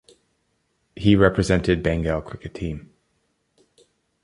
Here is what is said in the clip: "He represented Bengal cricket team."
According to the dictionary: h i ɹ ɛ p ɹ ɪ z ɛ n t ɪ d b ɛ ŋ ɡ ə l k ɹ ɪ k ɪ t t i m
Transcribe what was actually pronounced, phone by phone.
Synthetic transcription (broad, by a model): h i ɹ ɛ p ɹ ɪ z ɛ n t ɪ d b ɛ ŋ ɡ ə l k w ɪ k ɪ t t i m